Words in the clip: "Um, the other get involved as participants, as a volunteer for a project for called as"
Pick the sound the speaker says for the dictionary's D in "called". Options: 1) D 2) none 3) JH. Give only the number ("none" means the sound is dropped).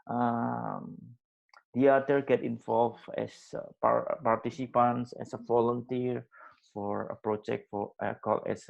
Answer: 2